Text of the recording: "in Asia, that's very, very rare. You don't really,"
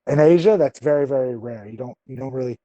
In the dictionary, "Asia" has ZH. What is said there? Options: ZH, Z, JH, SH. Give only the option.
ZH